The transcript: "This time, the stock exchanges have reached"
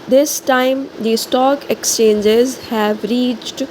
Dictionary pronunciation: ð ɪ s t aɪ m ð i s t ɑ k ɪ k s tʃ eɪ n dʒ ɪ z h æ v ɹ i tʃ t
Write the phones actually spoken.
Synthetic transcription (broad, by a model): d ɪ s t aɪ m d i s t ɑ k ɪ k s tʃ eɪ n dʒ ɪ z h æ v ɹ i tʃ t